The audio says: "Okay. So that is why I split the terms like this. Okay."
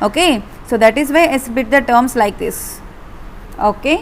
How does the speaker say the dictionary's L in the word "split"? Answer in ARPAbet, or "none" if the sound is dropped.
none